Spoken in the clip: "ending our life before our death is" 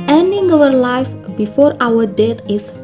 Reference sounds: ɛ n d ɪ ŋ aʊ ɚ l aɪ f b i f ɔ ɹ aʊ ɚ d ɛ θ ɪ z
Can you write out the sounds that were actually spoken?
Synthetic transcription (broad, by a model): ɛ n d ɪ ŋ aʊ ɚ l aɪ f b i f ɔ ɹ aʊ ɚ d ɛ t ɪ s